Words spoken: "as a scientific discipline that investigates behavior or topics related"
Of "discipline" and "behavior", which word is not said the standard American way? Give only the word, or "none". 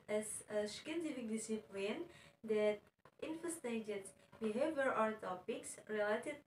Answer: none